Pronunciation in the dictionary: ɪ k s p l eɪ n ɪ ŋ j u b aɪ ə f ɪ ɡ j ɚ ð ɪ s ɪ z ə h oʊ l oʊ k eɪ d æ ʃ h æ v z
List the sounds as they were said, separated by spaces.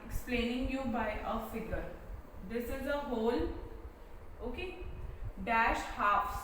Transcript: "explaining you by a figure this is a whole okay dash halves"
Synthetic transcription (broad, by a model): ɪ k s p l eɪ n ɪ ŋ j u b aɪ ə f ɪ ɡ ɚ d ɪ s ɪ z ə h oʊ l oʊ k eɪ d æ ʃ h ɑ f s